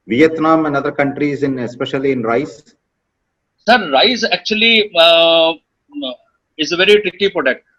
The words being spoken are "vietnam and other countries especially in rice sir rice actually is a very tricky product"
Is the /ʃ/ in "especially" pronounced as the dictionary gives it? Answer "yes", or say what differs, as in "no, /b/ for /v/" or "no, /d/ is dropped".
yes